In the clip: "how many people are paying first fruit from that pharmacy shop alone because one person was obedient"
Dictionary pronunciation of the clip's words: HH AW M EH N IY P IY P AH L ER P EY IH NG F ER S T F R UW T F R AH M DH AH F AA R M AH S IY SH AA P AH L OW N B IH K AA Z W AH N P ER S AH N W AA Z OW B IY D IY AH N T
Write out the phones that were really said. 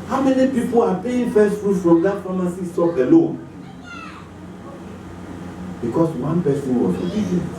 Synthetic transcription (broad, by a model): HH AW M EH N IY P IY P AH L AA P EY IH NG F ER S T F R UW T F R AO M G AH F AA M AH S IY S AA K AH L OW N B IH K AA S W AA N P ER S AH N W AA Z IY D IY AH